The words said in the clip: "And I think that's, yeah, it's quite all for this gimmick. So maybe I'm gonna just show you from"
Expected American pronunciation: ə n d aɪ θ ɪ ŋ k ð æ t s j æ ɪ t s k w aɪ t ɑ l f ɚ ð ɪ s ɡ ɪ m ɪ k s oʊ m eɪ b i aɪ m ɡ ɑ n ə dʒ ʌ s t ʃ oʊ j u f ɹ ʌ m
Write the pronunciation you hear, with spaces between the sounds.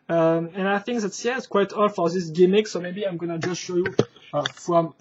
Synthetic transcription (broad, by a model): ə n aɪ θ ɪ ŋ k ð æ t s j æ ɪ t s k w aɪ t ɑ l f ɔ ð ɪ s ɡ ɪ m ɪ k s oʊ m eɪ b i aɪ m ɡ ɑ n ə dʒ ʌ s t ʃ oʊ j u f ɹ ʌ m